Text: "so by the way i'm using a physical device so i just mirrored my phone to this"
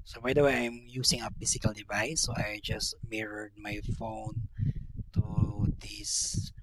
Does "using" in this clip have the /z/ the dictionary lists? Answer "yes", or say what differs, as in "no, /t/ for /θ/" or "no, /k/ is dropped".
no, /s/ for /z/